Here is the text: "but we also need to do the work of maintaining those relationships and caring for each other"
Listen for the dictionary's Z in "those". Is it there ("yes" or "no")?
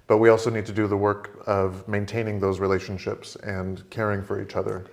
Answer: yes